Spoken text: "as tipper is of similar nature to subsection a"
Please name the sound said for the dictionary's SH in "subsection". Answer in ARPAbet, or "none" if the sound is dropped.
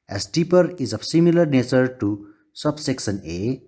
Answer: S